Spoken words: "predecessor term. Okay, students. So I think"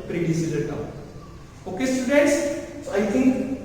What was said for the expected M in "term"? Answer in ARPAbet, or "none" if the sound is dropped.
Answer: none